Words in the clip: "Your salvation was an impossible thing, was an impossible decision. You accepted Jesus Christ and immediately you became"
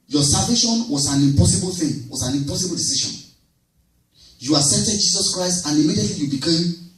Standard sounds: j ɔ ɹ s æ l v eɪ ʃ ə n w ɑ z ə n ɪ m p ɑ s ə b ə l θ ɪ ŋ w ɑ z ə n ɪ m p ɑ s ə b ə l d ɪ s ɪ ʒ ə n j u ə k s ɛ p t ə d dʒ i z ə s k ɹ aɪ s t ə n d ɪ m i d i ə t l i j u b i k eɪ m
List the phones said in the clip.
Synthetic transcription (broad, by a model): j ɔ s æ l v eɪ ʃ ə n w ɑ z ə n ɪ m p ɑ s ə b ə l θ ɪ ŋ w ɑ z ə n ɪ m p ɑ s ə b ə l d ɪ s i ʃ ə n j u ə s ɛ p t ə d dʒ i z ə s k ɹ aɪ s t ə n ɪ m i d i ə t l i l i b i k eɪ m